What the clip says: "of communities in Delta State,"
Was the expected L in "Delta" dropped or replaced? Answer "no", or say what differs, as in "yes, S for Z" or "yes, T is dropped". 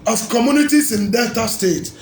yes, L is dropped